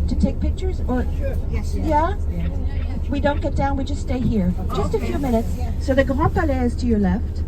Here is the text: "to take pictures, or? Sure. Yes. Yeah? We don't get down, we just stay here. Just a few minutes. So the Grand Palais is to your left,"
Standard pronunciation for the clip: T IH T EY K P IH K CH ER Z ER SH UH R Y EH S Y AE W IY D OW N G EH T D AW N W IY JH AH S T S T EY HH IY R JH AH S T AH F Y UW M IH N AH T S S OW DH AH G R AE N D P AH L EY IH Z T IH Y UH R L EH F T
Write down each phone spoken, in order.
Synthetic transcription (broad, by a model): T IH T EY K P IH K CH ER Z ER R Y Y AE W IY D OW N G EH T D AW N W IY JH AH S T S T EY HH IY R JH AH S T AH F Y UW M IH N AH T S S OW DH AH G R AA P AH L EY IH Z T IH Y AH R L EH F T